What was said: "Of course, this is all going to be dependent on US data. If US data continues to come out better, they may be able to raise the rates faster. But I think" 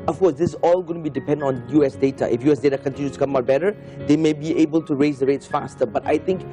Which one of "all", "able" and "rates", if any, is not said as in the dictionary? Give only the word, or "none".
none